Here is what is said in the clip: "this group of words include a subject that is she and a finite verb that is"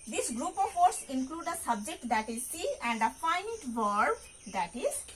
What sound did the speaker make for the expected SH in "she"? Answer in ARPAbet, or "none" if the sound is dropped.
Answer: S